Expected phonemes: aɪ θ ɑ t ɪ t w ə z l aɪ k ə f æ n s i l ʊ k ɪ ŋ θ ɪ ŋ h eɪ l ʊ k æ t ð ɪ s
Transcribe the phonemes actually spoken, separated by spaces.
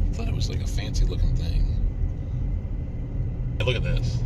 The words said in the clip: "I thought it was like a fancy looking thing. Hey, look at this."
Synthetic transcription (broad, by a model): θ ɑ t ɪ t w ə z l aɪ k ə f æ n s i l ʊ k ɪ ŋ θ ɪ ŋ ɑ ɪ l ʊ k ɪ t ð ɪ s